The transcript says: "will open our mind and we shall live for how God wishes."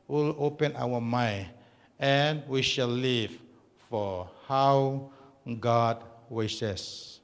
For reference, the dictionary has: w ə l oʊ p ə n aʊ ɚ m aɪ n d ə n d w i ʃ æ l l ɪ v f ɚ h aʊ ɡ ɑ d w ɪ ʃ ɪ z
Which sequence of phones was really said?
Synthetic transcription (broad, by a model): w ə l oʊ p ə n aʊ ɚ m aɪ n ə n w i ʃ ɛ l l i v f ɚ h aʊ ɡ ɑ d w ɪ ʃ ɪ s